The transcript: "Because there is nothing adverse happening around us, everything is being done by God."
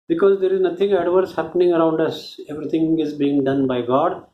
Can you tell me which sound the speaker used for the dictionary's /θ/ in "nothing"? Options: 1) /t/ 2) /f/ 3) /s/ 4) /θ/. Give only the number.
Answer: 1